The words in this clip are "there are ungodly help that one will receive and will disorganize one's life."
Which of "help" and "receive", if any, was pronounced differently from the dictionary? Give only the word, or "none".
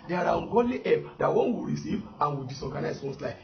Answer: help